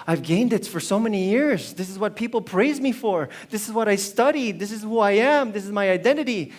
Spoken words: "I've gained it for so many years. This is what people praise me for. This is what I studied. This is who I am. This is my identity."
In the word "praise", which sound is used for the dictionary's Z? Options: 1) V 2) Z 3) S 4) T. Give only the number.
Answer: 2